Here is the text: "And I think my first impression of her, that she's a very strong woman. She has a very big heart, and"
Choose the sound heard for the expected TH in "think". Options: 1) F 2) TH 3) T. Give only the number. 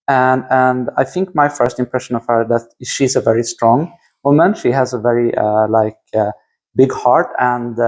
2